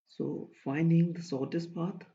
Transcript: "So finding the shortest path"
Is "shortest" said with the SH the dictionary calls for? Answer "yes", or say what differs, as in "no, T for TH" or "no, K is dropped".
no, S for SH